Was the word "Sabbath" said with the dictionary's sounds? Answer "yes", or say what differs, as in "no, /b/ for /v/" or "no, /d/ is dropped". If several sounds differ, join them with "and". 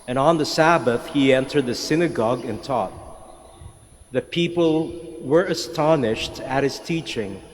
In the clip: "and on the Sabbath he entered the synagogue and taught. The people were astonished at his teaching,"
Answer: yes